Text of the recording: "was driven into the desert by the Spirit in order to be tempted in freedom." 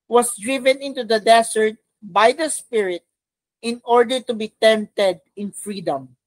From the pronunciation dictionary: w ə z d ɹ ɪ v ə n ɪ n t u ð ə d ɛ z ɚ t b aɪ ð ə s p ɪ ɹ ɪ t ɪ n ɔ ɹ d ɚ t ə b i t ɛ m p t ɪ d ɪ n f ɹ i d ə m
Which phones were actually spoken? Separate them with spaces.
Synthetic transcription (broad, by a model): w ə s d ɹ ɪ v ə n ɪ n t u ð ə d ɛ s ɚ t b aɪ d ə s p ɪ ɹ ɪ t ɪ n ɔ ɹ d ɚ t ə b i t ɛ m p t ɪ d ɪ n f ɹ i d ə m